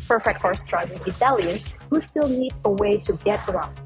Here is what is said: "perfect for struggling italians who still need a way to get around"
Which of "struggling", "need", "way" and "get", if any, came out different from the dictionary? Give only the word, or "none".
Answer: struggling